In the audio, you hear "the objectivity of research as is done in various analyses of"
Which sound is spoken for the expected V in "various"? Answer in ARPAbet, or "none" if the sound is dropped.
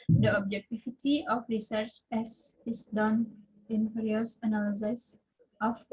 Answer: F